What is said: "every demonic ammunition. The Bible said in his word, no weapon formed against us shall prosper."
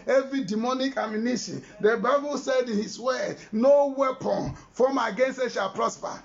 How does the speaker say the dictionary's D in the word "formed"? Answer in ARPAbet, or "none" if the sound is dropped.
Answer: none